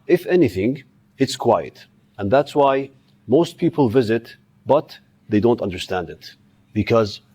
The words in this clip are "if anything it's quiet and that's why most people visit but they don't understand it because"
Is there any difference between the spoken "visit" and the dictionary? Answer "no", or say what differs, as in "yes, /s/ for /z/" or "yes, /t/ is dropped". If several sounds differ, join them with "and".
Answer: no